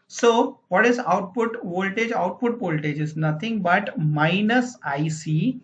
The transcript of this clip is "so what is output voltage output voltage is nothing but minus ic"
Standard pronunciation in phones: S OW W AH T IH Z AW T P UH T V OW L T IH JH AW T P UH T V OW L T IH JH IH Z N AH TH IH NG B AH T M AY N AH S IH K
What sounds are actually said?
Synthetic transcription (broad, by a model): S OW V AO T IH Z AW T P UH T V OW L T IH JH AW T P UH T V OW L T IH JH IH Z N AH T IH NG B AH T M AY N AH S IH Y